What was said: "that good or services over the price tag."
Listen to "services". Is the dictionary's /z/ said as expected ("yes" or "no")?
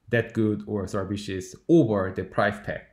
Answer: no